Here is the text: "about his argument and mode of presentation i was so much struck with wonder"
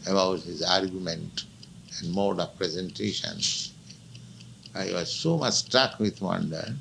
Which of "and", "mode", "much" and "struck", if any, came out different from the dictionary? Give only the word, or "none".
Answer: none